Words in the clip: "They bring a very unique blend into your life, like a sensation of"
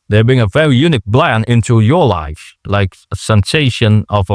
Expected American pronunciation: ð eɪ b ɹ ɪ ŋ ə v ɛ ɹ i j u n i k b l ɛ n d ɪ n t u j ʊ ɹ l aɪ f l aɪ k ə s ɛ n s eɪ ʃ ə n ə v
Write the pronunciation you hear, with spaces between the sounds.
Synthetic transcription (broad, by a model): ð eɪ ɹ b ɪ ŋ ə v ɛ ɹ i j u n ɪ k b l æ n ɪ n t u j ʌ ɹ l aɪ f l aɪ k ə s ɛ n s eɪ ʃ ə n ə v